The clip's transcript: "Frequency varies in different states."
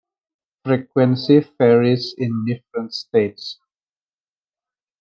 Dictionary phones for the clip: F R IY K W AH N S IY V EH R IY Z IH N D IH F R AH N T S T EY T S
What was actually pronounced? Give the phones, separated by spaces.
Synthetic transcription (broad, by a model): F R IY K W AH N S IY F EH R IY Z IH N D IH F R AH N T S T EY T S